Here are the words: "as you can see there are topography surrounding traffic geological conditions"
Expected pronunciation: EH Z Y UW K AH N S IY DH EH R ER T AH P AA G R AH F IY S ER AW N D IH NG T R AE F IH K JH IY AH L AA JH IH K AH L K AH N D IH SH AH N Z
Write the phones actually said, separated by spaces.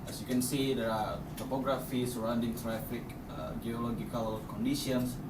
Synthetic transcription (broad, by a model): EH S Y UW K AH N S IY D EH R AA T AH P AA G R AH F IY S ER AW N D IH NG T R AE F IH K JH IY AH L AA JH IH K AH L K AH N D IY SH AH N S